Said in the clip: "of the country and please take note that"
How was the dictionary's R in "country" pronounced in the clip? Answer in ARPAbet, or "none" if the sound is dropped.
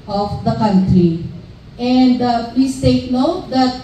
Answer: R